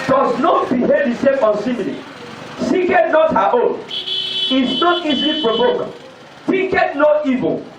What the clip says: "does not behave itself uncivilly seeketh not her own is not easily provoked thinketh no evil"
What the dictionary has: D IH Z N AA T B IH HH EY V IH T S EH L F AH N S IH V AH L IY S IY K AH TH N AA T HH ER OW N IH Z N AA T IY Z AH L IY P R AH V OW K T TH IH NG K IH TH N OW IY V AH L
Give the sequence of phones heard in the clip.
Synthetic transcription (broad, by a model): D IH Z N AA T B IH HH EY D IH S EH F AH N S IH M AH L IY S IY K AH T N AA T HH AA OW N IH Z N AA T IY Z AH L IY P R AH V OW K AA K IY K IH T N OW IY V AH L